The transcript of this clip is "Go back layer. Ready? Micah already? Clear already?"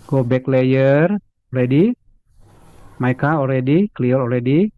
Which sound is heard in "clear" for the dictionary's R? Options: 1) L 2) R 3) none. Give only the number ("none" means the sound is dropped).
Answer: 1